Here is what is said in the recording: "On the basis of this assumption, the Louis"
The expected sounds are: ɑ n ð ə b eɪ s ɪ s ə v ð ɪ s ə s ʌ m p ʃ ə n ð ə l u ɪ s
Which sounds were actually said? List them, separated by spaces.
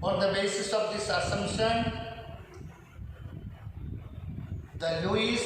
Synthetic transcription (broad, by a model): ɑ n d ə b eɪ s ɪ s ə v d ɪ s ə s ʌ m ʃ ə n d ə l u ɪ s